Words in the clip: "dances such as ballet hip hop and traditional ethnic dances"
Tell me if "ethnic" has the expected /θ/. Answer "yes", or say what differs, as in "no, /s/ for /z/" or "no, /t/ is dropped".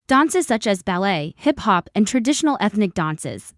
yes